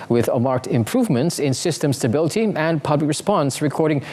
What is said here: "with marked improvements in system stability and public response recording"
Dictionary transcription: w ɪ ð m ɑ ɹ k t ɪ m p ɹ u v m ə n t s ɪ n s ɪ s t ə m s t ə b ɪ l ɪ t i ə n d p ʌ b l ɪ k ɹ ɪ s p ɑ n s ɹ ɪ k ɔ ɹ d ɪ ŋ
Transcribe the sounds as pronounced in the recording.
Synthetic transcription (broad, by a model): w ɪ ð m ɑ ɹ k t ɪ m p ɹ u v m ə n t s ɪ n s ɪ s t ə m s t ə b ɪ l ɪ t i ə n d p ʌ b l ɪ k ɹ ɪ s p ɑ n s ɹ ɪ k ɔ ɹ d ɪ ŋ